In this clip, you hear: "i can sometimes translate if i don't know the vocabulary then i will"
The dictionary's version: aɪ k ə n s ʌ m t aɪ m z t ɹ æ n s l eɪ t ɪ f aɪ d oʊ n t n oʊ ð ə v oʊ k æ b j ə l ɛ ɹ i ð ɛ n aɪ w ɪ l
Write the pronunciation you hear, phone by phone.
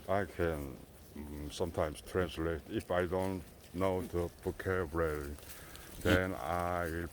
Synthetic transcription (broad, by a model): aɪ k ə n s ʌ m t aɪ m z t ɹ æ n s l eɪ t ɪ f aɪ d oʊ n t n oʊ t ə p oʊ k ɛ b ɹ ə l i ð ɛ n aɪ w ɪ l